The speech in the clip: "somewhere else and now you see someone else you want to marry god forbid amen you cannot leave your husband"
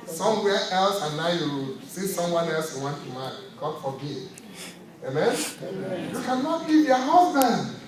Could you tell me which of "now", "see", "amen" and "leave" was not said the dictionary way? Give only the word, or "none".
leave